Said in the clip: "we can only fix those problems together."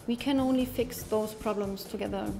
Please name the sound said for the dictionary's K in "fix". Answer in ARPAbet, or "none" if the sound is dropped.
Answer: K